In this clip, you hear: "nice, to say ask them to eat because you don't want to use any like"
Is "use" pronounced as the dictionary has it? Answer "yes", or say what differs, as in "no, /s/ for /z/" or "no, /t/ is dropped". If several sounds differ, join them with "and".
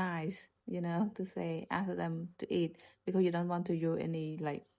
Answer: no, /s/ is dropped